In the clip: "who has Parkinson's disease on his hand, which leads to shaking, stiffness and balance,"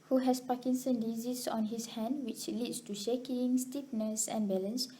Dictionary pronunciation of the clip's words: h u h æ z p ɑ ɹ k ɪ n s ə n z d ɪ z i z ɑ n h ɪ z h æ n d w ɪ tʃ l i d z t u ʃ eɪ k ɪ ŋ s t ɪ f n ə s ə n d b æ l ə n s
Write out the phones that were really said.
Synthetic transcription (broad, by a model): h u h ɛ s p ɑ k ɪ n s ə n d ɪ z i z ɑ n h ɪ s h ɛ n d w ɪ tʃ l i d s t u ʃ eɪ k ɪ ŋ s t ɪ p n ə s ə n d b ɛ l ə n s